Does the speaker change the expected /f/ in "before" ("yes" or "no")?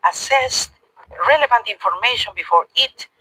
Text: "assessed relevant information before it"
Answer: no